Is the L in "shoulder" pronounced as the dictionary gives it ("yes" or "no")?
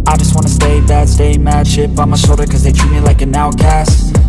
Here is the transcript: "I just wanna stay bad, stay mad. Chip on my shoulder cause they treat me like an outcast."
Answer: no